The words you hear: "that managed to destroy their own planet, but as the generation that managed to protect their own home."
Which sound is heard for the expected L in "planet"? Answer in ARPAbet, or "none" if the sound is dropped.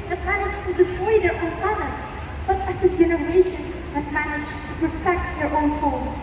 none